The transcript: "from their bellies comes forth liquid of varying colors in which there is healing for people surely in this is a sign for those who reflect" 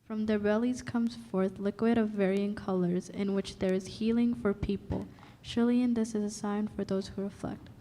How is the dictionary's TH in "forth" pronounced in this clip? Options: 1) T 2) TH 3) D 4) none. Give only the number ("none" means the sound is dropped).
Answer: 2